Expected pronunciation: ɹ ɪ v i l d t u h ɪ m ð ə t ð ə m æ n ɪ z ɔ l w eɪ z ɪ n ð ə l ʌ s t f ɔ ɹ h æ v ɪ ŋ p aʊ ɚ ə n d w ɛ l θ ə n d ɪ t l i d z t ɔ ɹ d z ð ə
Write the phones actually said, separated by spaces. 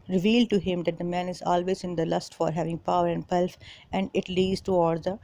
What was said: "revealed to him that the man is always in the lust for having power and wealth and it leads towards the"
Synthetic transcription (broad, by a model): ɹ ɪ v i l d t u h ɪ m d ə t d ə m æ n ɪ z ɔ l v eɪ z ɪ n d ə l ʌ s t f ɔ ɹ h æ v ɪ ŋ p aʊ ɚ ə n d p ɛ l f ə n d ɪ t l i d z t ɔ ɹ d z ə